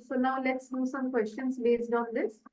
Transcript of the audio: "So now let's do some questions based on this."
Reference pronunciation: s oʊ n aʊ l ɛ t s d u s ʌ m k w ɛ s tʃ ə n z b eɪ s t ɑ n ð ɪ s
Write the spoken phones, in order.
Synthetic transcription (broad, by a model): s oʊ n aʊ l ɛ t s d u s ʌ m k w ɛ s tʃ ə n s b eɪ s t ɑ n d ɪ s